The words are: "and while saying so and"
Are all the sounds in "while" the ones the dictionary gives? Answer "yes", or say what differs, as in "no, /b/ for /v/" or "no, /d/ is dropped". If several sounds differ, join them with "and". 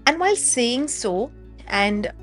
yes